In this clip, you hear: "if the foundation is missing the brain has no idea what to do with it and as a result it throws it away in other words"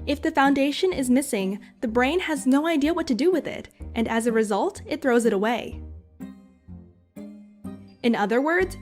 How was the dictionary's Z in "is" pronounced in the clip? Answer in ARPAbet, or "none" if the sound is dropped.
Z